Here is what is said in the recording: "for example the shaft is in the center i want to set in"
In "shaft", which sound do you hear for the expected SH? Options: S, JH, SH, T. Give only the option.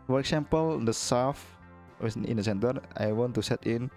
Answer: S